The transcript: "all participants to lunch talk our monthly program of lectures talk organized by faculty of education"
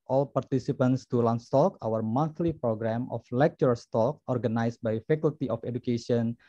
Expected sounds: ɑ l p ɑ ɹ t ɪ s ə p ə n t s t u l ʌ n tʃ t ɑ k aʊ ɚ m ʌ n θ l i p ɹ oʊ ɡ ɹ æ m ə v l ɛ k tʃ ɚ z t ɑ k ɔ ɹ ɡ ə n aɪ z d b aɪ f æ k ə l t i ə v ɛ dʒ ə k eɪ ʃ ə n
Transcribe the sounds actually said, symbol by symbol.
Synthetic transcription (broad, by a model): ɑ l p ɑ ɹ t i s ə p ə n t s t u l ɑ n s t ɑ k aʊ ɚ m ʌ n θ l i p ɹ oʊ ɡ ɹ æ m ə f l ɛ k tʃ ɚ s t ɑ k ɔ ɹ ɡ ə n aɪ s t b aɪ f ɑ k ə l t i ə f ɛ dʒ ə k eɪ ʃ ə n